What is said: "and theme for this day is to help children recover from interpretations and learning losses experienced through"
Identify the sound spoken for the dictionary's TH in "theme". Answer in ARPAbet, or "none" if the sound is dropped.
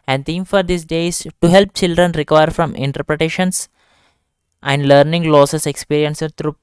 T